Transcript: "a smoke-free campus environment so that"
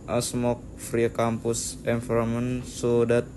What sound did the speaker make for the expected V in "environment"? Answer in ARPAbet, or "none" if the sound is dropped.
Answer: F